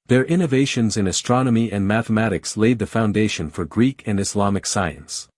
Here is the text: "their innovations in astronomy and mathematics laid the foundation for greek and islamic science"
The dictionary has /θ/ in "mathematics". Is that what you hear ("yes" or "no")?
yes